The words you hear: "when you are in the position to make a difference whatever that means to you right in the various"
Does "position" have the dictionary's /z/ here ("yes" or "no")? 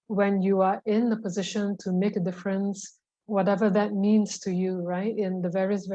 yes